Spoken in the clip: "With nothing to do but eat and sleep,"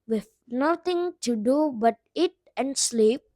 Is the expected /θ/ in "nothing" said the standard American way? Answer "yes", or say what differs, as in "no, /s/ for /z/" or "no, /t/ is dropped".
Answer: no, /t/ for /θ/